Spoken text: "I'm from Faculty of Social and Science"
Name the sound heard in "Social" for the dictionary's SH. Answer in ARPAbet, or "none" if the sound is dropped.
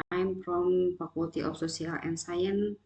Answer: S